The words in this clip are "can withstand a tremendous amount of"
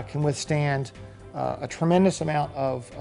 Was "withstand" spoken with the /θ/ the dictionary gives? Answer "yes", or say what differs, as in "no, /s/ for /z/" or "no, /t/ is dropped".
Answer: yes